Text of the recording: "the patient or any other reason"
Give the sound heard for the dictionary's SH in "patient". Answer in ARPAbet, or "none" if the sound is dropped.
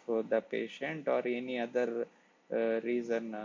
SH